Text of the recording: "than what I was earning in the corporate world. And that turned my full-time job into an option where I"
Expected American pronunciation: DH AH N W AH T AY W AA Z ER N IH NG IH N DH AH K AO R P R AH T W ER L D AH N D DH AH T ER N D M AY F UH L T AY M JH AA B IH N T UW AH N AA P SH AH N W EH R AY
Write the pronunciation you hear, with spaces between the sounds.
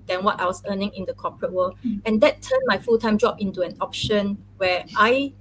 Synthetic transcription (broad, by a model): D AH N W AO T AY W AA S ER N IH NG IH N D AH K AO P R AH T W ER L AH N D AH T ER N M AY F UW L T AY M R AA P IH N T UW AH N AA P SH AH N W EH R AY